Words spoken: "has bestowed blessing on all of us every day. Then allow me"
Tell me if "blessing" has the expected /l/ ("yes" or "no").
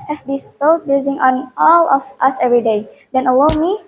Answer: no